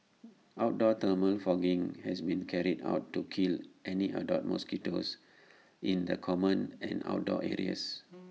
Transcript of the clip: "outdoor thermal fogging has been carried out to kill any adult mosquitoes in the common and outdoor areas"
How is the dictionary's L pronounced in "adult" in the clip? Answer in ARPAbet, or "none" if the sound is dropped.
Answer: none